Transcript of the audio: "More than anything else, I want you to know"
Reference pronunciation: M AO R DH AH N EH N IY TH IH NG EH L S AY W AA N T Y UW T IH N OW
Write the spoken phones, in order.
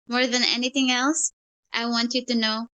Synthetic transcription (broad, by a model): M AO R DH AH N EH N IY TH IH NG EH L S AY W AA N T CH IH T IH N OW